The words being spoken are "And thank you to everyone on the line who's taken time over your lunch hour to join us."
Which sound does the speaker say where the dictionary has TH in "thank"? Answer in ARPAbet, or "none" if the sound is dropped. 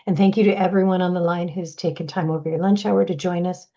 TH